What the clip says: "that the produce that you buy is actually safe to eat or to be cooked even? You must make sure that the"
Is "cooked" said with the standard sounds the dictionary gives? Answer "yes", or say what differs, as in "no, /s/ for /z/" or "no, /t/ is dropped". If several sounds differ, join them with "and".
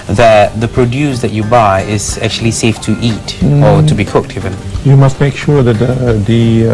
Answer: yes